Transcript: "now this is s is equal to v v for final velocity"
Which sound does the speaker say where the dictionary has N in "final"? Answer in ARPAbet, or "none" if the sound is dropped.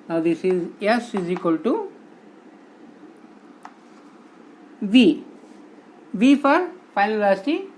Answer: none